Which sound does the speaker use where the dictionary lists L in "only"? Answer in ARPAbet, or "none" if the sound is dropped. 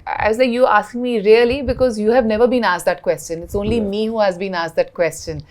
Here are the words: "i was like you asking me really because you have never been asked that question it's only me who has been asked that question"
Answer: L